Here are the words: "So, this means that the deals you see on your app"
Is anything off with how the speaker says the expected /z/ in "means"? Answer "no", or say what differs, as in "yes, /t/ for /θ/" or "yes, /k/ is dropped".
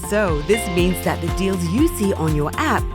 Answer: no